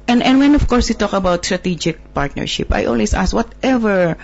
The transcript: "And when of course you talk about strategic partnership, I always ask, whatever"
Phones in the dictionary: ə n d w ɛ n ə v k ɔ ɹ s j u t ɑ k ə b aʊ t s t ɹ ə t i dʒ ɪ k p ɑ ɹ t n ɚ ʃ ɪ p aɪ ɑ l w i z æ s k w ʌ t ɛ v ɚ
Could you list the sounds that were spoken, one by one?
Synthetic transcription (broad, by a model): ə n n w ɛ n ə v k ɔ ɹ s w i t ɑ k ə b aʊ t s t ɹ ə t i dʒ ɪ k p ɑ ɹ t n ɚ ʃ ɪ p aɪ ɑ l w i s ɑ s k w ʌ t ɛ v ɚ